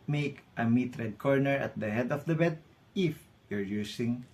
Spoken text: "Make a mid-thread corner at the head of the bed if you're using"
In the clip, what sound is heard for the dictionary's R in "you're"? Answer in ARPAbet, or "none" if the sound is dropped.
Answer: R